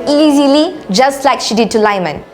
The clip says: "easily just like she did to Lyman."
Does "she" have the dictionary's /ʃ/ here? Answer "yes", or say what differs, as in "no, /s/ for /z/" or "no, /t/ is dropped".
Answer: yes